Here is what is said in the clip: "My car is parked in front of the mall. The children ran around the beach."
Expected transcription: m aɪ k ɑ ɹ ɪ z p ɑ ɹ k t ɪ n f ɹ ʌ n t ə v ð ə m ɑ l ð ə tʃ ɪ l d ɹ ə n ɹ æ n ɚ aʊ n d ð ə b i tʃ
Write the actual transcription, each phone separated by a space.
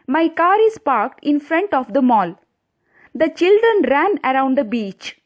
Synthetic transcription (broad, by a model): m aɪ k ɑ ɹ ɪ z p ɑ ɹ k t ɪ n f ɹ ʌ n t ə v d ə m ɑ l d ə tʃ ɪ l d ɹ ə n ɹ æ n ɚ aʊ n d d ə b i tʃ